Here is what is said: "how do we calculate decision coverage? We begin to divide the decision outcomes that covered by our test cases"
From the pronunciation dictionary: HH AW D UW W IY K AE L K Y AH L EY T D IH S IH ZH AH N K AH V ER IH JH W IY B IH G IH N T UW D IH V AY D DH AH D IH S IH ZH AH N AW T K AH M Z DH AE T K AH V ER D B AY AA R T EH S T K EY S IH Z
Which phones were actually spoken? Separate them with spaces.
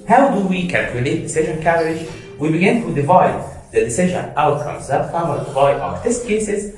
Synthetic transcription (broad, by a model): HH AW D UW W IY K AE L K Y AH L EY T D IH S IH ZH AH N K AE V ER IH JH W IY B IH G IH N T UW D IH V AY D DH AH D IH S IH ZH AH N AW T K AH M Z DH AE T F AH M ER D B AY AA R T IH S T K EY S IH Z